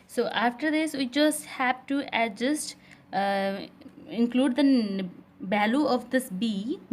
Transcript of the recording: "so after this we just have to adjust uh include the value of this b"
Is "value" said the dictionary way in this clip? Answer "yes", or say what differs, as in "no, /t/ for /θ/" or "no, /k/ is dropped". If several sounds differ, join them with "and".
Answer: no, /b/ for /v/